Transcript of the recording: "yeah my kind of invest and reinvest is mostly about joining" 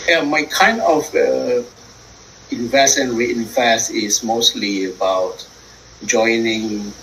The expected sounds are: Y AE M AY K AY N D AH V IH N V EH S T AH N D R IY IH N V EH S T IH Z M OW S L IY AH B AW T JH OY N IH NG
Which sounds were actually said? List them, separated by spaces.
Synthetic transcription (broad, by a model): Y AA M AY K AY N D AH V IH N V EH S AH N R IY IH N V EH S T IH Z M OW S L IY AH B AW T JH OY N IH NG